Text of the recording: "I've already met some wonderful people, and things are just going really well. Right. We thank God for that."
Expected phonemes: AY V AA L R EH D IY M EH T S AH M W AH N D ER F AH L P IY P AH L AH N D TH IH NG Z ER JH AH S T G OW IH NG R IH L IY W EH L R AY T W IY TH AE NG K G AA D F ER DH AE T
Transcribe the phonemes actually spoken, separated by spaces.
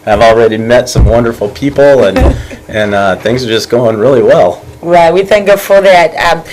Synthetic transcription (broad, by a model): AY V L R EH D IY M EH T S AH M W AH N D ER F L P IY P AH N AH N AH TH IH NG Z ER JH AH S G OW IH NG R IH L IY W EH L R AY T W IY TH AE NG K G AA F ER DH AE T